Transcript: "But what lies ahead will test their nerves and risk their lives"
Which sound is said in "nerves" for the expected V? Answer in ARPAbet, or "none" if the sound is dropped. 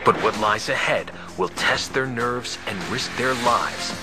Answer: V